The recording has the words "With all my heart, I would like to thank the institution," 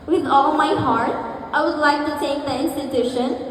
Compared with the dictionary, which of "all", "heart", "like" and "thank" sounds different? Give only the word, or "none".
thank